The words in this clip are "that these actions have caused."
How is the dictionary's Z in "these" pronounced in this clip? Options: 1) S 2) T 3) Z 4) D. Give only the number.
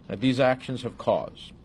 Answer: 3